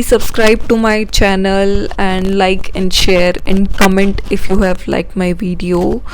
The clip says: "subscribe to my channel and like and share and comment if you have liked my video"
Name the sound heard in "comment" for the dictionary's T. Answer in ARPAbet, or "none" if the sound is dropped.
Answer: T